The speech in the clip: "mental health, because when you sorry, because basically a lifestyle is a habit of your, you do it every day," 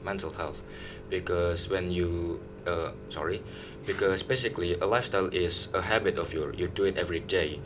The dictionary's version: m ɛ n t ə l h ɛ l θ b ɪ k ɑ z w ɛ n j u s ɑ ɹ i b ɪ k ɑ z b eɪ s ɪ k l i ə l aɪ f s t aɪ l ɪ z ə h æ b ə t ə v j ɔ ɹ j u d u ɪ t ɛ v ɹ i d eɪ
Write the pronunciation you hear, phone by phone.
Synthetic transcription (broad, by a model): m ɛ n t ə l h ɛ l θ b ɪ k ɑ s w ɛ n j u s ɑ ɹ i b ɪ k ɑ s b eɪ s ɪ k l i ə l aɪ f s t aɪ l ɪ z ə h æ b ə t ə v j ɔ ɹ j u d u ɪ t ɛ v ɹ i d eɪ